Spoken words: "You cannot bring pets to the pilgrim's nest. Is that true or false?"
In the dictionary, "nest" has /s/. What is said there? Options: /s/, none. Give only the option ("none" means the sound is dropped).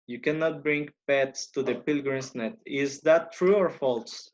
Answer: none